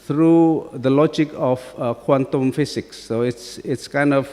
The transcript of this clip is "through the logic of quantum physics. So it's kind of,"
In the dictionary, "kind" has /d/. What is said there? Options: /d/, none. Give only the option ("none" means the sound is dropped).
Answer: /d/